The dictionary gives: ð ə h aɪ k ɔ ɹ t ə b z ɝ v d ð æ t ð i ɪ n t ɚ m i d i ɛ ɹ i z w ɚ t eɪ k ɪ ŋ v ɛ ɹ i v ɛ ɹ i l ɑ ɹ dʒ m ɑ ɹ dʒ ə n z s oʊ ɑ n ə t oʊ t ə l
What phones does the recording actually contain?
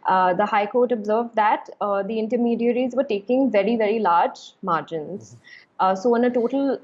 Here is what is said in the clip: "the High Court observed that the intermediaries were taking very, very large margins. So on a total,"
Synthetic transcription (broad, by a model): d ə h aɪ k ɔ ɹ t ə b z ɝ v d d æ t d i ɪ n t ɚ m i d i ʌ ɹ i z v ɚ t eɪ k ɪ ŋ v ɛ ɹ i v ɛ ɹ i l ɑ ɹ dʒ m ɑ ɹ dʒ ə n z s oʊ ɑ n ə t oʊ t ə l